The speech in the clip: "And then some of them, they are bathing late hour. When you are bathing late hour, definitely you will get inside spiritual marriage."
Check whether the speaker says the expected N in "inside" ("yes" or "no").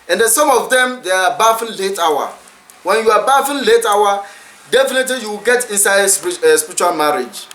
yes